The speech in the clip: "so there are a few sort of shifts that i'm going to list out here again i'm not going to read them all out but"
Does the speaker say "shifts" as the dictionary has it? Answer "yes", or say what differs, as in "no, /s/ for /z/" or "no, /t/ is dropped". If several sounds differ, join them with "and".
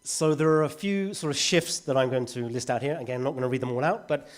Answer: yes